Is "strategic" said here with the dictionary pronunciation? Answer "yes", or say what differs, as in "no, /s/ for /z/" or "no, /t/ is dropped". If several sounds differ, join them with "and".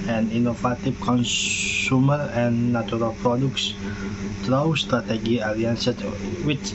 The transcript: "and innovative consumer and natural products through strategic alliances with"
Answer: no, /k/ is dropped